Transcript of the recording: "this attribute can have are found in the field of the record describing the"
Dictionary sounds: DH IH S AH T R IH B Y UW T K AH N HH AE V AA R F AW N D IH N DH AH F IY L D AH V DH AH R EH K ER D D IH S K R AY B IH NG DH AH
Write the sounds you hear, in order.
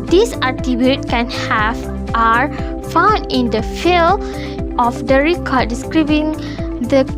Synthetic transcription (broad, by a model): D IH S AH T IH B Y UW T K AH N HH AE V AA R F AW N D IH N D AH F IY L AH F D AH R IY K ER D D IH S K R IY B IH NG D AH